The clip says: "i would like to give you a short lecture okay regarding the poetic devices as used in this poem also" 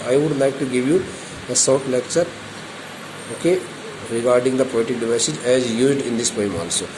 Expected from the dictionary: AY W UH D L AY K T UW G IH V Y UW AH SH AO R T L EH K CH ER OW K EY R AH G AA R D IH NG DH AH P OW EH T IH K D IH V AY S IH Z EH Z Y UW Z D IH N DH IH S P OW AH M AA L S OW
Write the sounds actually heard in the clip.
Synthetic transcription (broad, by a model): AY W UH D L AY K T UW G IH V Y UW AH S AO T L EH K CH ER OW K EY R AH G AA R D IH NG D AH P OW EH T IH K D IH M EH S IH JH EH Z Y UW Z D IH N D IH S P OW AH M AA L S OW